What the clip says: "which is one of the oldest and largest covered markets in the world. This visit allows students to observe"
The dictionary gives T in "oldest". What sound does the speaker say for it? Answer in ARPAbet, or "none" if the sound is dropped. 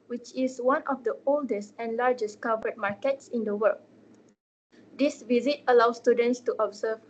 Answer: T